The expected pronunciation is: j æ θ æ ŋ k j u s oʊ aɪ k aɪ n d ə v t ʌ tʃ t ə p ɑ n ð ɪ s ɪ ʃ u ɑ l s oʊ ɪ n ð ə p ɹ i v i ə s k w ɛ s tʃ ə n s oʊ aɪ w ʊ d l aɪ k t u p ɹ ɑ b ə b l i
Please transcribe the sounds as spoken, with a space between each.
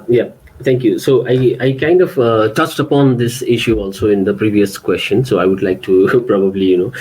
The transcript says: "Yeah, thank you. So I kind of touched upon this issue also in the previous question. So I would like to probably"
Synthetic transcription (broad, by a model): j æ t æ ŋ k j u s oʊ aɪ k aɪ n d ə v t ʌ tʃ t ə p ɑ n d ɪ s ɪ ʃ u ɑ l s oʊ ɪ n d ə p ɹ i v i ə s k w ɛ s tʃ ə n s oʊ aɪ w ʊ d l aɪ k t u p ɹ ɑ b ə b l i